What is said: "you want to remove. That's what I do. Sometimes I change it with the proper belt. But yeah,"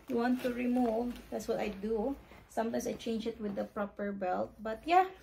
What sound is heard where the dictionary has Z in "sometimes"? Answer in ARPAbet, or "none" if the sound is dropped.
S